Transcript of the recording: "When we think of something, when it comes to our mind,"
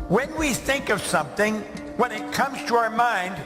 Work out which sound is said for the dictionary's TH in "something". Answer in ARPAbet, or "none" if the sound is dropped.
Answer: TH